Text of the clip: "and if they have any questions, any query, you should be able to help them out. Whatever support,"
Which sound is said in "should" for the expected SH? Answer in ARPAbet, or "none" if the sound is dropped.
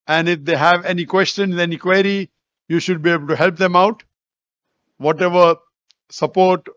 SH